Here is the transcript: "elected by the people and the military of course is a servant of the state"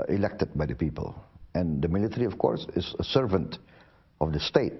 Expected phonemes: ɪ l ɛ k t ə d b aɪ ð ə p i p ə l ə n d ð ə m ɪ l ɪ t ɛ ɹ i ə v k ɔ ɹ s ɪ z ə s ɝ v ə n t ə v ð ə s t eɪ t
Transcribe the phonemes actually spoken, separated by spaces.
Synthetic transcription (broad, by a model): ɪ l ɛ k t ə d b aɪ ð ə p i p ə l ə n d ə m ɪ l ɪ t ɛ ɹ i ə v k ɔ ɹ s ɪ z ə s ɝ v ə n t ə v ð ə s t eɪ t